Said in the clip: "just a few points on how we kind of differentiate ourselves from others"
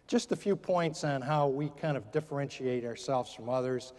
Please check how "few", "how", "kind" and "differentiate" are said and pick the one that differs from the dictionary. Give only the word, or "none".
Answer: none